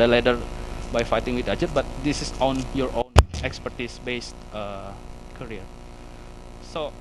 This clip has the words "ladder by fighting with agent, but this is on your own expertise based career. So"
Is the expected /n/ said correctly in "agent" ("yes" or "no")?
no